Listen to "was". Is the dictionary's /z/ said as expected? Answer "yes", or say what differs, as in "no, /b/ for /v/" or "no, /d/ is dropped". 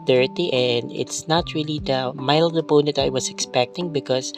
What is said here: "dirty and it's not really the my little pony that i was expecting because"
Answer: no, /s/ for /z/